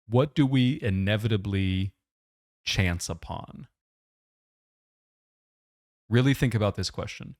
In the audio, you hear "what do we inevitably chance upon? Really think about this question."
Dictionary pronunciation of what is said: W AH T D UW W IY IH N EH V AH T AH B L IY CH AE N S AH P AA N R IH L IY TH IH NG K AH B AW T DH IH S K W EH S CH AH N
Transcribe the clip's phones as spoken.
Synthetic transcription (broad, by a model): W AH T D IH W IY IH N EH V AH T AH B L IY CH AE N S AH P AA N R IH L IY TH IH NG K AH B AW T DH IH S K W EH S CH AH N